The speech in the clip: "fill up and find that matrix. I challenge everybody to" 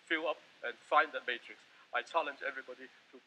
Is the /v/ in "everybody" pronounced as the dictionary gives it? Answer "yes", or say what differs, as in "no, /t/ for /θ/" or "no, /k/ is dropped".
yes